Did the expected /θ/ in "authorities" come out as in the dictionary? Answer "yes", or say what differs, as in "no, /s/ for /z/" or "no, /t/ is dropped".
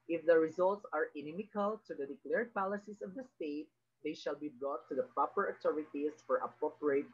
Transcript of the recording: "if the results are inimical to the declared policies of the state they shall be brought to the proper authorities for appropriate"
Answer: no, /t/ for /θ/